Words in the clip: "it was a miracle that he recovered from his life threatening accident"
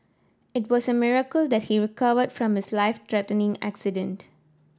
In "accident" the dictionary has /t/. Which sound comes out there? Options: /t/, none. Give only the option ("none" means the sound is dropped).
/t/